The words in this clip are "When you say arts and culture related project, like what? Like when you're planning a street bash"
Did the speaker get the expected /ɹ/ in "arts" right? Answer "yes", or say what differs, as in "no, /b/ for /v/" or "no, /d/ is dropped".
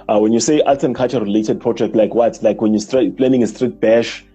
no, /l/ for /ɹ/